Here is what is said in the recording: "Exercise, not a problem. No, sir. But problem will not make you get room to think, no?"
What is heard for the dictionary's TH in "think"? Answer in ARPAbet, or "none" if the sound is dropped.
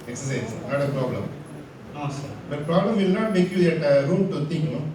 T